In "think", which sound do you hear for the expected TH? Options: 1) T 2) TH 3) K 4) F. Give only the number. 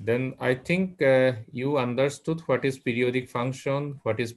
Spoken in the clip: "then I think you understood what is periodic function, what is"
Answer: 1